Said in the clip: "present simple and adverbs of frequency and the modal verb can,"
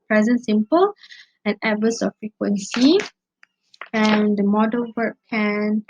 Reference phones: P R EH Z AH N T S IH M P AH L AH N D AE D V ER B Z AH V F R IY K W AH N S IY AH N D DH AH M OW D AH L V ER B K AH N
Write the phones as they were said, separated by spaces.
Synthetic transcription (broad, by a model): P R EH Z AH N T S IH M P AH L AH N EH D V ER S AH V F R IY K W AH N S IY AH N D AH M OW D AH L W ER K K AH N